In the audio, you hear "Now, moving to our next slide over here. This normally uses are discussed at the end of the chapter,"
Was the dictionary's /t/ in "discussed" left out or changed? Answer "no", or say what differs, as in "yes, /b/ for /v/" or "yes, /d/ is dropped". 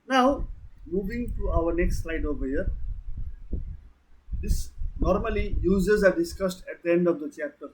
no